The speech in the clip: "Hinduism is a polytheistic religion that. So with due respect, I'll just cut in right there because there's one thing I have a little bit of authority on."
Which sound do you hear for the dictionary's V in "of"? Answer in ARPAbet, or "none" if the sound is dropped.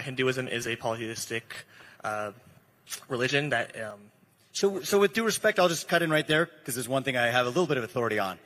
V